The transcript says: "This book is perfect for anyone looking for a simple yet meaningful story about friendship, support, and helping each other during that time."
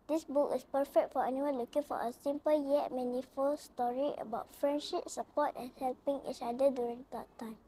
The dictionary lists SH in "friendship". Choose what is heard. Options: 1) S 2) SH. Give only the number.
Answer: 2